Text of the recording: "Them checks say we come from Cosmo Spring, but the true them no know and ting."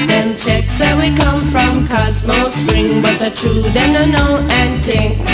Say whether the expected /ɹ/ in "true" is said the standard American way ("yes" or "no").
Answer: no